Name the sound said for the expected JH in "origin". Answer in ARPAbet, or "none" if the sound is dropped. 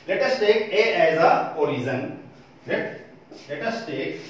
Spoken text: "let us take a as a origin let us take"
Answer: Z